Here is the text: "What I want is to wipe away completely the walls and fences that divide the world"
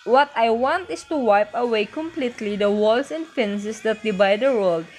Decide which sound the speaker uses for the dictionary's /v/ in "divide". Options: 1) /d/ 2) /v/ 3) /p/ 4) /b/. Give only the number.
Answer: 4